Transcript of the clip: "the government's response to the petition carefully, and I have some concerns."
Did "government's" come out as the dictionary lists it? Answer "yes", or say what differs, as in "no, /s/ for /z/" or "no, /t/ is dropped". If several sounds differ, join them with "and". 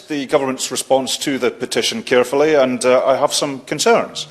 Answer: yes